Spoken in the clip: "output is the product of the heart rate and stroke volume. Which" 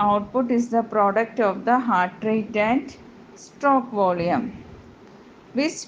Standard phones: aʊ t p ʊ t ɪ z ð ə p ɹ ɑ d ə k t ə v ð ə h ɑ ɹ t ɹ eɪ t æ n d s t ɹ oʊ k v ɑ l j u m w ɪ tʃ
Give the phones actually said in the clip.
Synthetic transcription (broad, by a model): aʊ t p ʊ t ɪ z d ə p ɹ ɑ d ə k t ə v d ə h ɑ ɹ t ɹ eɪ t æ n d s t oʊ k v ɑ l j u m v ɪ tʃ